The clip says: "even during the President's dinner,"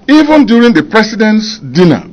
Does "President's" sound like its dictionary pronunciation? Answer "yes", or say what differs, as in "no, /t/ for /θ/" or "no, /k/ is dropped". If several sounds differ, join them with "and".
no, /s/ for /z/